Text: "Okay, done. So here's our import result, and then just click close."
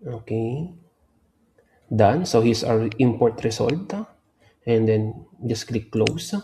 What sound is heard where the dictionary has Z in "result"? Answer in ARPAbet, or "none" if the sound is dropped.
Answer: S